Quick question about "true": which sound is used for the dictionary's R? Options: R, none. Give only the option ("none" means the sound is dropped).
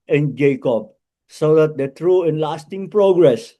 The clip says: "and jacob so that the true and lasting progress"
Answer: R